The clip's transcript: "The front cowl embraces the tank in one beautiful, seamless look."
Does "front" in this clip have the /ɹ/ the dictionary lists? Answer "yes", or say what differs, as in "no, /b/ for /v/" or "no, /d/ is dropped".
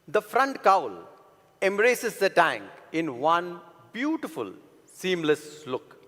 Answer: yes